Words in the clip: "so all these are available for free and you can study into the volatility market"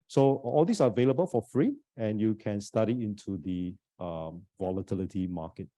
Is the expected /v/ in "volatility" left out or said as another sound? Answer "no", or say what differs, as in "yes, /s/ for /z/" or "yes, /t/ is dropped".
no